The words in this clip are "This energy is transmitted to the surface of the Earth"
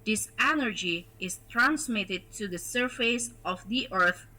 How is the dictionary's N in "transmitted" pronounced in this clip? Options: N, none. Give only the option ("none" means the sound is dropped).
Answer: N